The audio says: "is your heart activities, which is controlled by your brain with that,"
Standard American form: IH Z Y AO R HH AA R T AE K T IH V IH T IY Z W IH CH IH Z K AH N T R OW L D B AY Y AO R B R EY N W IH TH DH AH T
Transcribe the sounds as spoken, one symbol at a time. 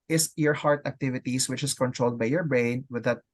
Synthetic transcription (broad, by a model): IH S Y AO R HH AA R T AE K T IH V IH T IY S W IH CH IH S K AH N T R OW L D B AY Y AO R B R EY N W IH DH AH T